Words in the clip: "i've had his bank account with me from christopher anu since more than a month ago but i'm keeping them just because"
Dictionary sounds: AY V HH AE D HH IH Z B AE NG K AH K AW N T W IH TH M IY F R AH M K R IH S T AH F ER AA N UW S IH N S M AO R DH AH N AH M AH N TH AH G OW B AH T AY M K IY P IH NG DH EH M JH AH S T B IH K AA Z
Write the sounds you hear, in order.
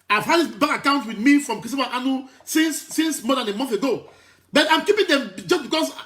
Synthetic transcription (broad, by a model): AY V HH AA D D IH S B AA K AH K AW N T W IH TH M IY F R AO M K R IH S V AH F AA N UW S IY N S M AO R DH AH N AH M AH N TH AH G OW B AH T AY M K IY P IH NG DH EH M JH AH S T B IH K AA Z